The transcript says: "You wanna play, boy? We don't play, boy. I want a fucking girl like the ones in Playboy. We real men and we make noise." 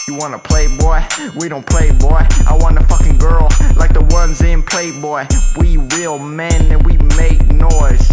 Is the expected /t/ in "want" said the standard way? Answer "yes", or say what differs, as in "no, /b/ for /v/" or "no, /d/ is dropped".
no, /t/ is dropped